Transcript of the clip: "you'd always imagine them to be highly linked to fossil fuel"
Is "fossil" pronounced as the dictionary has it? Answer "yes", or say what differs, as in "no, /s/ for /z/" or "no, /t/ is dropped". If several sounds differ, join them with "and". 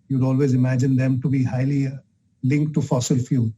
yes